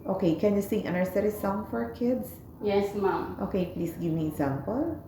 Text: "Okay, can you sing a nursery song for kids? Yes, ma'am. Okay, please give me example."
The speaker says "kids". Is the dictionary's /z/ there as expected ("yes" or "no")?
no